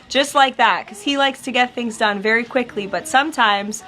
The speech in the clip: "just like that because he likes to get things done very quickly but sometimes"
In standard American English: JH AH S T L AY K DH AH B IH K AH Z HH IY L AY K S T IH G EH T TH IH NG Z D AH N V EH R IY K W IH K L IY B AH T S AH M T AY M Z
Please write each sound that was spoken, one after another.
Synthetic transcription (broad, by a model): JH AH S T L AY K DH AH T K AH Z HH IY L AY K S T IH G EH T TH IH NG Z D AH N V EH R IY K W IH K L IY B AH T S AH M T AY M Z